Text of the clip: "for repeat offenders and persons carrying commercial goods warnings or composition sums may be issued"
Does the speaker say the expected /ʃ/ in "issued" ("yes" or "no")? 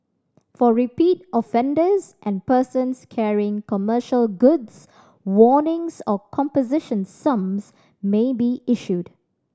yes